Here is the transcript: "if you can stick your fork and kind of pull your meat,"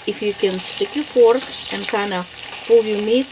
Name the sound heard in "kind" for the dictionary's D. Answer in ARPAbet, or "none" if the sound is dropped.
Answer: none